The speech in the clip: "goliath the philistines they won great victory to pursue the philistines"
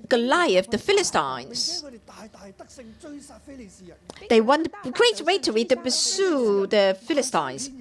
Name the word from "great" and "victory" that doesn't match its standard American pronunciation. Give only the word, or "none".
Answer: victory